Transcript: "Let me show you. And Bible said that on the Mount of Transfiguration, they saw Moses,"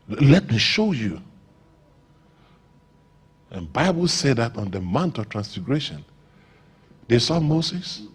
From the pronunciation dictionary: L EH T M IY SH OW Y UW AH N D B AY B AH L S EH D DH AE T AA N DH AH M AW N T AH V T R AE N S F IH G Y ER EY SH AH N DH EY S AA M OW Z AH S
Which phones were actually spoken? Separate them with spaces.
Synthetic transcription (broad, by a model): L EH T M IY SH OW Y UW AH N B AY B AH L S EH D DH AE T AA N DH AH M AW N T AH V T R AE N S F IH G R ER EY SH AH N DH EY S AA M OW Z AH S